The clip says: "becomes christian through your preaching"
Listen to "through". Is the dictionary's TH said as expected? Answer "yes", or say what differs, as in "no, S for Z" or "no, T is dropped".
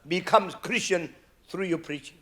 no, T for TH